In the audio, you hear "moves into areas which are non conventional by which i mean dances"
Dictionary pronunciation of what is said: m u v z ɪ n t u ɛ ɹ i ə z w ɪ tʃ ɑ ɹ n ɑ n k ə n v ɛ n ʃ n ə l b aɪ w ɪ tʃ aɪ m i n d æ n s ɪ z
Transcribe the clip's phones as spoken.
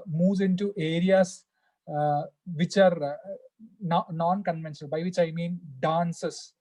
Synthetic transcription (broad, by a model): m u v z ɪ n t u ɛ ɹ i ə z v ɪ tʃ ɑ ɹ n ɑ n k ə n v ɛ n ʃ ə n b aɪ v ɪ tʃ aɪ m i n d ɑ n s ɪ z